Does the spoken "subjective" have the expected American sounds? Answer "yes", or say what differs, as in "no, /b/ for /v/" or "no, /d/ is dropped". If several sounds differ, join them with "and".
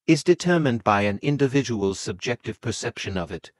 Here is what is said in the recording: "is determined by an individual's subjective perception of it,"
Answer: yes